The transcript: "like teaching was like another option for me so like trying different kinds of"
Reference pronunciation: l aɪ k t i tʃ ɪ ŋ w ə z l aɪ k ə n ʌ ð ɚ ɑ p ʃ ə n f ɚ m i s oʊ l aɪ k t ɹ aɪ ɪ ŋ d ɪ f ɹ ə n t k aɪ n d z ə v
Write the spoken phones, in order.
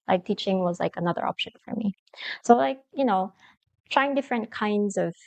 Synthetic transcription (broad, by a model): l aɪ k t i tʃ ɪ ŋ w ə z l aɪ k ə n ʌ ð ɚ ɑ p ʃ ə n f ɚ m i s oʊ l aɪ k t ɹ aɪ ɪ ŋ d ɪ f ɹ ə n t k aɪ n d z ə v